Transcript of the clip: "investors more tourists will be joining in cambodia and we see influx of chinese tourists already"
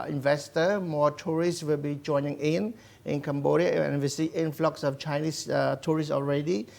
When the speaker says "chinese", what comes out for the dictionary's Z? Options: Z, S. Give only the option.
S